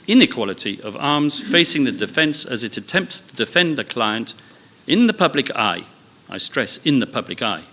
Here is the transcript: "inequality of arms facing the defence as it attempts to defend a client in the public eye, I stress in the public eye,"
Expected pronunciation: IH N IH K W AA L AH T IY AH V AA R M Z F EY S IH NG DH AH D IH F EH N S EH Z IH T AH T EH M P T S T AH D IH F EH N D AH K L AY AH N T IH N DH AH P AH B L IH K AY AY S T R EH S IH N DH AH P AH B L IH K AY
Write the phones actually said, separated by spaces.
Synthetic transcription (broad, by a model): IH N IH K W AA L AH T IY AH V AA R M Z F EY S IH NG DH AH D IH F EH N S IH Z IH T AH T EH M P T S T AH D IH F EH N D AH K L AY AH N T IH N DH AH P AH B L IH K AY AY S T R EH S IH N DH AH P AH B L IH K AY